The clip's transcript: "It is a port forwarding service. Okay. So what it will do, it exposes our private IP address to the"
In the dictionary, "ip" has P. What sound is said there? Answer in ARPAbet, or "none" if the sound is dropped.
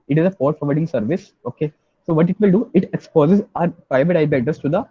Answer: B